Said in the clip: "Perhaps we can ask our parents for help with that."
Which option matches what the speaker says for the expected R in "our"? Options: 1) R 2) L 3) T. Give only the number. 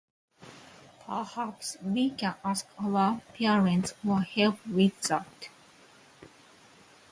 2